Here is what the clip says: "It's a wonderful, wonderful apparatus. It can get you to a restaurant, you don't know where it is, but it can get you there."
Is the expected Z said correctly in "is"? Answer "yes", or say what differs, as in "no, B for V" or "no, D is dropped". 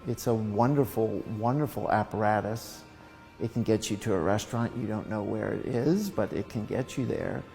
yes